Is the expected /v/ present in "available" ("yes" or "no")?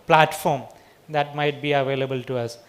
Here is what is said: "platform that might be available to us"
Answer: yes